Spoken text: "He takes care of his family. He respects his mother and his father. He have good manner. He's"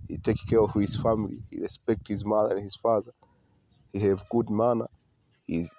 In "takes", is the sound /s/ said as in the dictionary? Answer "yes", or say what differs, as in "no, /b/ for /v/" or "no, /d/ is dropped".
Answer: no, /s/ is dropped